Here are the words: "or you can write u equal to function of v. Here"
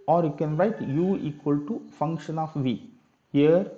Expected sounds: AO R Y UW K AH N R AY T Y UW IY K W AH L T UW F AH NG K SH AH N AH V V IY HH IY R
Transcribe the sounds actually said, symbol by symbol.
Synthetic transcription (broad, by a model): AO R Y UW K AH N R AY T Y UW IY K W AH L T UW F AH NG K SH AH N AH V V IY HH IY R